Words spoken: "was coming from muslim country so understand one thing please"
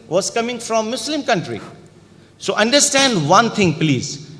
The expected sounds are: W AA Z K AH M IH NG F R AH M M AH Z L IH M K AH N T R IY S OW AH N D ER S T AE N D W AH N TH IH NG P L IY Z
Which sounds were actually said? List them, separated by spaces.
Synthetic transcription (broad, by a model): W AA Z K AH M IH NG F R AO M M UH S L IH M K AH N T R IY S OW AH N D ER S T AE N D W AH N T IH NG P L IY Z